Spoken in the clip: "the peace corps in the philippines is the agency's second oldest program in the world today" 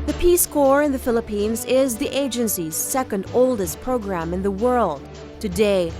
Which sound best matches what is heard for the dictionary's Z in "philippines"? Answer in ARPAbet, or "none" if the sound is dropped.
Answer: Z